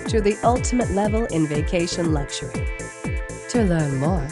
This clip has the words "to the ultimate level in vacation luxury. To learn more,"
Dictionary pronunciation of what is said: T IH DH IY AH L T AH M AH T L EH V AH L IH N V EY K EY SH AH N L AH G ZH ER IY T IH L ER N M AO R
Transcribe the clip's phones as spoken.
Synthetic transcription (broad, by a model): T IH DH IY AH L T AH M AH T L EH V AH L IH N V EY K EY SH AH N L AH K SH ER IY T IH L ER N M AO R